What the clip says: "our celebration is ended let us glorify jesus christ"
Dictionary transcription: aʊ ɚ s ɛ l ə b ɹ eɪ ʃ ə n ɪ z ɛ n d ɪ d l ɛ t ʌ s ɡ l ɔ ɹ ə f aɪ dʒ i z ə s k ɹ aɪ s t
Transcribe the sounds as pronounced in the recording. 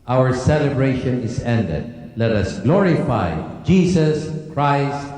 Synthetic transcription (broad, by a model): aʊ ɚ s ɛ l ə b ɹ eɪ ʃ ə n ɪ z ɛ n d ɪ d l ɛ t ʌ s ɡ l ɔ ɹ ə f aɪ dʒ i s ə s k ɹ aɪ s t